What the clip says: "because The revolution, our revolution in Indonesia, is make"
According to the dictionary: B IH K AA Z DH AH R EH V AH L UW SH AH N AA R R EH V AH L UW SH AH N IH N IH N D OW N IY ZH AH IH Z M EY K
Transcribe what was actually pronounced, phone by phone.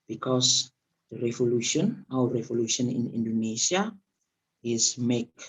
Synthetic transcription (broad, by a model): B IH K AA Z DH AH R EH V AH L UW SH AH N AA W R EH V AH L UW SH AH N IH N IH N D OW N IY S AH IH Z M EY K